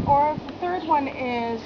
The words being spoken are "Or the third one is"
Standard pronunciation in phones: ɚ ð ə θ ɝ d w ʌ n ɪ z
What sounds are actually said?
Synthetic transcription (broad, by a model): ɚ ð ə θ ɝ d w ʌ n ɪ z